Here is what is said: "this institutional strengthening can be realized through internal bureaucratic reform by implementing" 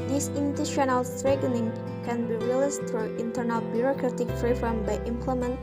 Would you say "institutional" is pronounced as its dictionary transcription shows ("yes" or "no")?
no